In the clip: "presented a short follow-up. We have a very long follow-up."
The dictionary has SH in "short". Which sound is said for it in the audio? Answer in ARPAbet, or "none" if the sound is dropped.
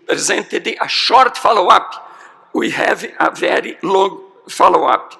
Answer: SH